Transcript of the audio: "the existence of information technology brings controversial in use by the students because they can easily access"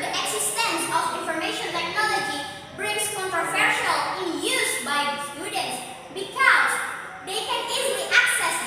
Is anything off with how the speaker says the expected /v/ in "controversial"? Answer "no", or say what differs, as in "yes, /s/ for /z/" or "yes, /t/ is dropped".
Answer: yes, /f/ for /v/